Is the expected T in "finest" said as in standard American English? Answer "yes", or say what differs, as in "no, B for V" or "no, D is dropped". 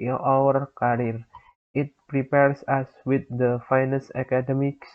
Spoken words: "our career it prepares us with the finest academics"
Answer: no, T is dropped